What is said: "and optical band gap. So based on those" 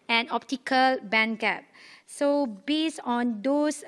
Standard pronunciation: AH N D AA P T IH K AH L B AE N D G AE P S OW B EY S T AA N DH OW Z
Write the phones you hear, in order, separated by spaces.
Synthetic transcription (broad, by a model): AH N AA P T IH K AH L B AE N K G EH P S OW B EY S AA N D OW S